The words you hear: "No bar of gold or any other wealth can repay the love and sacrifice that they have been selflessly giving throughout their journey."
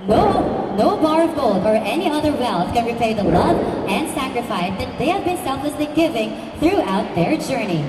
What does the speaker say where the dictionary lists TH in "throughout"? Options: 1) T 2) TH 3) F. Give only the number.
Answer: 2